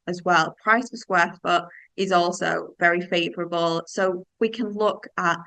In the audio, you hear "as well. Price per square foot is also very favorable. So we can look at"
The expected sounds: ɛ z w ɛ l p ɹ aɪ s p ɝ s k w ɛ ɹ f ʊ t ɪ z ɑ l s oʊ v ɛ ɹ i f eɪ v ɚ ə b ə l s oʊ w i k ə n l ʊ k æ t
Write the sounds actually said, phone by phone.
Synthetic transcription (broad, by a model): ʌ z w ɛ l p ɹ aɪ s f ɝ s k w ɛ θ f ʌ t ɪ z ɑ l s oʊ v ɛ ɹ i f eɪ v ɚ ə b ə l s oʊ w i k ə n l ʊ k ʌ t